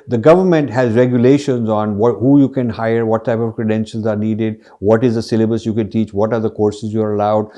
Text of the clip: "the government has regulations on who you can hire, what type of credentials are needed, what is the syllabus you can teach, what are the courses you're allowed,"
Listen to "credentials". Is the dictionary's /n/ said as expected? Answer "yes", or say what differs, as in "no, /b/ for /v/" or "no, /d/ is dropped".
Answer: yes